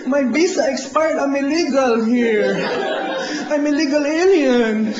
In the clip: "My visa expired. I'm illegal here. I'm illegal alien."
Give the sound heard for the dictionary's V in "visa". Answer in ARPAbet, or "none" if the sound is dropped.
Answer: B